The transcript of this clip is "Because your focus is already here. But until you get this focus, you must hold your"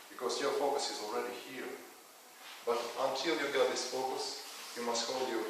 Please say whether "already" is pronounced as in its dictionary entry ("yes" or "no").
yes